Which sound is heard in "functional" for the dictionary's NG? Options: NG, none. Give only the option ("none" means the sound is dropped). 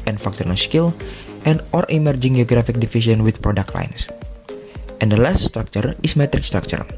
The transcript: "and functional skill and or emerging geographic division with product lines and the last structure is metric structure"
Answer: none